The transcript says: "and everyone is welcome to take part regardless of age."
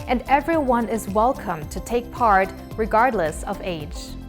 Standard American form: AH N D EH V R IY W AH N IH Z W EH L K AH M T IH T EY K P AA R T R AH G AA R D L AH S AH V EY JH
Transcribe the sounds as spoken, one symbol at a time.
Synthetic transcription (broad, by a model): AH N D EH V R IY W AH N IH Z W EH L K AH M T IH T EY K P AA R T R AH G AA R D L AH S AH V EY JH